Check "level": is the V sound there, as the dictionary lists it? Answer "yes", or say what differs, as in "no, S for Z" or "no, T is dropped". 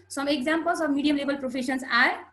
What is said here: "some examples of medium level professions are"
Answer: no, B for V